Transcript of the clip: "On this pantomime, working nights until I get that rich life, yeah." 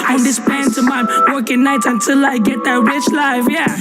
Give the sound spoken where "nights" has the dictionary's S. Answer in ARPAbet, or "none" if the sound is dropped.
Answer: none